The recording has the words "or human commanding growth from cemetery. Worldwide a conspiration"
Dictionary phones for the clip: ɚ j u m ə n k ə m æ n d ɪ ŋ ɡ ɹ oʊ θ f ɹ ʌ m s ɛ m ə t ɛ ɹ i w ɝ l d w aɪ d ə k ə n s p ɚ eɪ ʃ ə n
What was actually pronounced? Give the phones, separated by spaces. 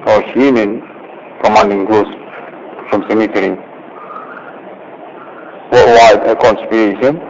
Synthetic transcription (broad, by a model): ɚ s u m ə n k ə m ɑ n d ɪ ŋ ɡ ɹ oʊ s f ɹ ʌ m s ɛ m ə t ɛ ɹ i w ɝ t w aɪ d ə k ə n s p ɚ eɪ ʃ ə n